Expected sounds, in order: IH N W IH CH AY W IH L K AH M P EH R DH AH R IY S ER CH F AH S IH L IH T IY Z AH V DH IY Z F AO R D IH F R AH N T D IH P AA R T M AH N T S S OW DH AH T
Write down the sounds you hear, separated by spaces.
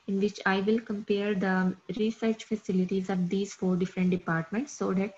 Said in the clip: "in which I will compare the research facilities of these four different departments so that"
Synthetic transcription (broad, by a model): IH N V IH CH AY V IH L K AH M P EH R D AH R IY S ER CH F AH S IH L IH T IY Z AH V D IY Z F AO R D IH F R AH N T D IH P AA R T M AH N T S S OW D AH T